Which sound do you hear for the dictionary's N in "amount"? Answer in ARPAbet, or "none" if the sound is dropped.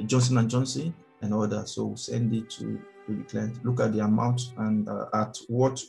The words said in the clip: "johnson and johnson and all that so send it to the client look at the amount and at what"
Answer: N